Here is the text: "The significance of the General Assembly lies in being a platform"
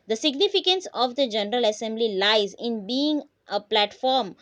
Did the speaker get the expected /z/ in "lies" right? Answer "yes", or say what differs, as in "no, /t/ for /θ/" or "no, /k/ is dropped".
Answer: yes